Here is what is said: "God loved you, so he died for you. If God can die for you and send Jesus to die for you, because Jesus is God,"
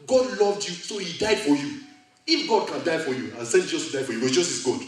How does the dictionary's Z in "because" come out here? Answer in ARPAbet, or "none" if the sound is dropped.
none